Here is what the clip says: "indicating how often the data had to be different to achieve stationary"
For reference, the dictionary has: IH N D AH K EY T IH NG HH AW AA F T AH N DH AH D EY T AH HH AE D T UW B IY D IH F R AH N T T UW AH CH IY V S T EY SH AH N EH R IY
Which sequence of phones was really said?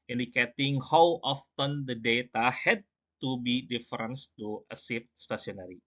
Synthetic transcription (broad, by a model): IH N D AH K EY T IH NG HH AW AA F T AH N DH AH D EY T AH HH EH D T UW B IY D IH F R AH N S T UW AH S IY F S T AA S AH N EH R IY